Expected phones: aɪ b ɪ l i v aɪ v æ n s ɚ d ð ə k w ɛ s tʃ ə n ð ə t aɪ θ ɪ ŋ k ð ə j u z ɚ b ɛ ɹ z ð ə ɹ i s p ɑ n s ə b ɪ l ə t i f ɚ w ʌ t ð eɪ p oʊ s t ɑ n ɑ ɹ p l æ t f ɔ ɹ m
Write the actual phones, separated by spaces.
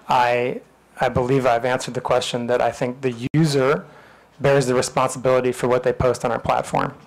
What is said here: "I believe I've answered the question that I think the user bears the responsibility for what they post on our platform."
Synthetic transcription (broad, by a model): aɪ b ɪ l i v aɪ v æ n s ɚ d ð ə k w ɛ s tʃ ə n ð ə t aɪ θ ɪ ŋ k ð ə j u z ɚ b ɛ ɹ z ð ə ɹ i s p ɑ n s ə b ɪ l ə t i f ɚ w ʌ t ð eɪ p oʊ s t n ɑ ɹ p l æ t f ɔ ɹ m